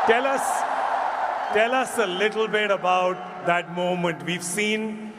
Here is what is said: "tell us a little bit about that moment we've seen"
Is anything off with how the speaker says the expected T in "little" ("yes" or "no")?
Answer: yes